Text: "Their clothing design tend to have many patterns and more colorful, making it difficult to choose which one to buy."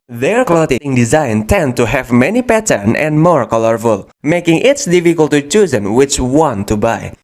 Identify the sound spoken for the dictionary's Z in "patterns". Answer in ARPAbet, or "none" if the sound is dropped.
none